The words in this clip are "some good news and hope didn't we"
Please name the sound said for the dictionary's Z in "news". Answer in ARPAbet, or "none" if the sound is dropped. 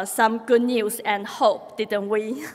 S